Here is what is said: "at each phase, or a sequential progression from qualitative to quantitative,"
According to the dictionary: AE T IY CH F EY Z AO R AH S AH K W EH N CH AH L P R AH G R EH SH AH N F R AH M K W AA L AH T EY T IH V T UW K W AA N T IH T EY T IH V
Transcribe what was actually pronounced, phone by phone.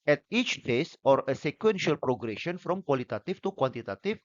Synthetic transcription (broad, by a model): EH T IY CH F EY S AO R AH S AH K W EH N SH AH L P R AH G R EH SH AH N F R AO M K W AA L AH T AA T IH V T UW K W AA N T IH T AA T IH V